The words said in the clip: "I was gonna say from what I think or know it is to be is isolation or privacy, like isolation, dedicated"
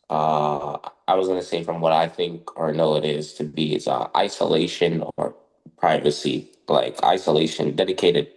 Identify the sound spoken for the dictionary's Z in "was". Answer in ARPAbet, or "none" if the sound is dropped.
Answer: Z